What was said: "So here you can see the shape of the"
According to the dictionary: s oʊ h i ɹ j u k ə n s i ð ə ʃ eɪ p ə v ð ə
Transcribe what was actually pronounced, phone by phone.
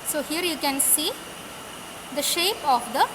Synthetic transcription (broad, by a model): s oʊ h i ɹ j u k ə n s i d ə ʃ eɪ p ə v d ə